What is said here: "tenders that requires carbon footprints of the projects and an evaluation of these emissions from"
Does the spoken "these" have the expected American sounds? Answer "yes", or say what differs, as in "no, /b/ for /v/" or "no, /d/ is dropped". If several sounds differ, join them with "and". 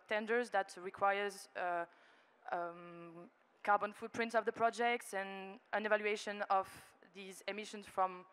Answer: yes